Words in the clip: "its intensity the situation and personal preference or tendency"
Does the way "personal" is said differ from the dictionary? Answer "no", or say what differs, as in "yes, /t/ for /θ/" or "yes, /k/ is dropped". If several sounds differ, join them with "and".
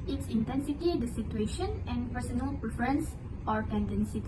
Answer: no